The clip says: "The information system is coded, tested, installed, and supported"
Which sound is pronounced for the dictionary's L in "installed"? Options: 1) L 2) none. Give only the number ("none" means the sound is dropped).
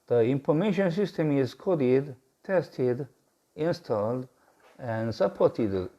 1